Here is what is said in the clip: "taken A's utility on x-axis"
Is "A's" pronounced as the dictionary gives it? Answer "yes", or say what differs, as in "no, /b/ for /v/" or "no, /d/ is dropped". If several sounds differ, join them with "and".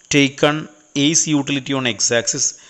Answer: no, /s/ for /z/